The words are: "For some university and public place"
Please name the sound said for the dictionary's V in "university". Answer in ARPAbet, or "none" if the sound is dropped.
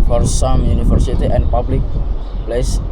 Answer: F